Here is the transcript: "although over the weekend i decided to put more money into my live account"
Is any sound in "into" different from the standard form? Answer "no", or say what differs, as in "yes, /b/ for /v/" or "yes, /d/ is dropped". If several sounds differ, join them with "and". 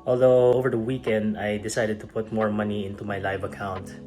no